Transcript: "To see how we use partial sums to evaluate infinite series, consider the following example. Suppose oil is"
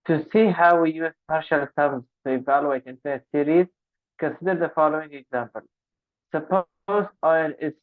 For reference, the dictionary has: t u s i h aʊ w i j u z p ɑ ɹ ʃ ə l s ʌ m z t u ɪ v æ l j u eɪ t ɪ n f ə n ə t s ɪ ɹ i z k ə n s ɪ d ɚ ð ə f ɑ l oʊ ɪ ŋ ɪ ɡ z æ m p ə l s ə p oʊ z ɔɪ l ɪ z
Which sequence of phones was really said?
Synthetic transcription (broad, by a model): t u s i h aʊ w i j u z p ɑ ɹ ʃ ə l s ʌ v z t u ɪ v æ l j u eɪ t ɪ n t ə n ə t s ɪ ɹ i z k ə n s ɪ d ɚ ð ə f ɑ l oʊ ɪ ŋ ɪ ɡ z æ m p ə l s ə p oʊ z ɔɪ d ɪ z